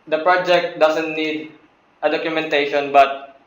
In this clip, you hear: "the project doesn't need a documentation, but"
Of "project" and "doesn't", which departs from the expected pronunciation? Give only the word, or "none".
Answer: doesn't